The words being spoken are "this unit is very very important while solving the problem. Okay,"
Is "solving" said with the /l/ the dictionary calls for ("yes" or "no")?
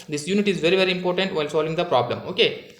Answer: yes